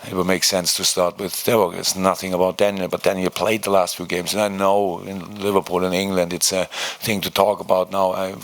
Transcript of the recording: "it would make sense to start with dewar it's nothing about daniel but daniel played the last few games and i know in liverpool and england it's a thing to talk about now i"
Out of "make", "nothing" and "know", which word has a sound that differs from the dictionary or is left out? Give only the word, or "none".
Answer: none